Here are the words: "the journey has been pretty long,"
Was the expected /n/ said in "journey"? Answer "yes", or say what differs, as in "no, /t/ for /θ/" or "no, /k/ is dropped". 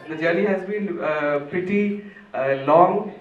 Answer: no, /l/ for /n/